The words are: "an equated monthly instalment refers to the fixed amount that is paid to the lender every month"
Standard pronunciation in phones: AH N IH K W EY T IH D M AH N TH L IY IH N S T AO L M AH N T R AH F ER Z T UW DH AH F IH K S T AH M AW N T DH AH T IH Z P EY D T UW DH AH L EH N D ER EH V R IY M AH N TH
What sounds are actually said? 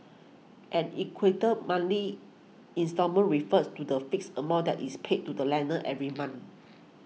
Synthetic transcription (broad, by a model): AH N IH K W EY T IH M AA N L IY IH N S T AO M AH N R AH F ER S T UW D AH F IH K S AH M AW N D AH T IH S P EY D T UW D AH L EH N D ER EH V R IY M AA N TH